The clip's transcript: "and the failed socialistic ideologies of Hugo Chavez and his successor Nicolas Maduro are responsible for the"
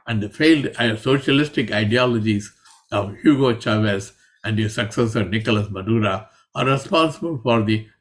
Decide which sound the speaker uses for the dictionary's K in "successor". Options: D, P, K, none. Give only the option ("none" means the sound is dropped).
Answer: K